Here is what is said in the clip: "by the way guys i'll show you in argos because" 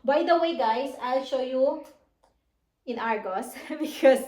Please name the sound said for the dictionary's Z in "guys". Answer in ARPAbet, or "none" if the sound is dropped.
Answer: S